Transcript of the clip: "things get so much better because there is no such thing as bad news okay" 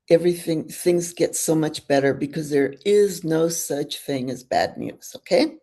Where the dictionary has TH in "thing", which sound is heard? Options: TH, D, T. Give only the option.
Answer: TH